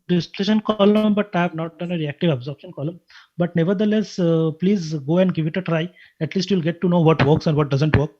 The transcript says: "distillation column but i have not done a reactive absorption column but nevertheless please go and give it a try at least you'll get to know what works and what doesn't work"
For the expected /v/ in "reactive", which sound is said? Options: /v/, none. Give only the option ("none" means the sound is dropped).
/v/